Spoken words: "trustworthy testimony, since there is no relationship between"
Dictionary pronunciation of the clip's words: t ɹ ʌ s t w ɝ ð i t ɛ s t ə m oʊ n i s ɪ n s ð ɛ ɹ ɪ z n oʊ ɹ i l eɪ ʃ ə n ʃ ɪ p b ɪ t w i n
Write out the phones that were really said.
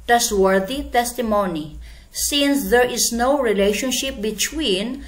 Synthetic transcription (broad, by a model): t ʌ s w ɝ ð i t ɛ s t ə m oʊ n i s ɪ n s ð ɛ ɹ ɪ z n oʊ ɹ i l eɪ ʃ ə n ʃ ɪ p b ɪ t w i n